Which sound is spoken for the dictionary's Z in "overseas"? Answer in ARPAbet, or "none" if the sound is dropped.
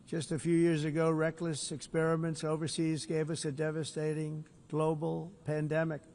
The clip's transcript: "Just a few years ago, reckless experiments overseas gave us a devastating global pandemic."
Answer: Z